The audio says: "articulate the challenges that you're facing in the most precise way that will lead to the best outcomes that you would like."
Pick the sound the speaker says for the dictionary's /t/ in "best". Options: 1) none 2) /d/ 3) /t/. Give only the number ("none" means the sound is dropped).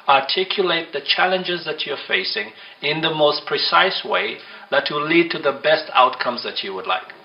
3